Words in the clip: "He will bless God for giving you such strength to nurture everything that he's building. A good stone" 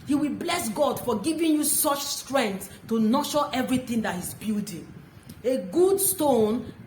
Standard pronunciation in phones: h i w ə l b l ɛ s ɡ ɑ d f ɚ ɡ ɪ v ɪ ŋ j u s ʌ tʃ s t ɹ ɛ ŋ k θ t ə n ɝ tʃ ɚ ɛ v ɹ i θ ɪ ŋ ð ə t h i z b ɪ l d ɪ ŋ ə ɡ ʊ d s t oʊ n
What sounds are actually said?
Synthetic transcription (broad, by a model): h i w ə l b l ɛ s ɡ ɑ d f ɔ ɡ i v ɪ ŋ j u s ʌ tʃ s t ɹ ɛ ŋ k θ t ə n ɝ ʃ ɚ ɛ v ɹ i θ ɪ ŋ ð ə t h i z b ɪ l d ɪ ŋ ə ɡ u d s t oʊ n